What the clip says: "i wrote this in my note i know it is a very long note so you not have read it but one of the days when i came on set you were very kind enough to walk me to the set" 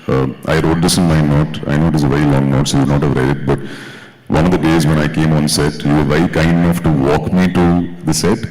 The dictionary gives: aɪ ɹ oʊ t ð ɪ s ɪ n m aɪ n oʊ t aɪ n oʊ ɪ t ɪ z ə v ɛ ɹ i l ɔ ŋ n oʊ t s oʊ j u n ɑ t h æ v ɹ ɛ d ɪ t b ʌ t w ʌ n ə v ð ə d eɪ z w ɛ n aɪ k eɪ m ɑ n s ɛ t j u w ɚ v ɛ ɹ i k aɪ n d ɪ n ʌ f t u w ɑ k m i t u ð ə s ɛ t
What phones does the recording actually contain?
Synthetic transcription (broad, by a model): aɪ ɹ oʊ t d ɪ s ɪ n m aɪ n oʊ t aɪ n oʊ ɪ t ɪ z ə v ɛ ɹ i l ɔ ŋ n oʊ t s oʊ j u n ɑ t h æ v ɹ ɛ d ɪ t b ʌ t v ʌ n ə v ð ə d eɪ z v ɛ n aɪ k eɪ m ɑ n s ɛ t j u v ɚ v ɛ ɹ i k aɪ n d ɪ n ʌ f t u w ɑ k m i t u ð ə s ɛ t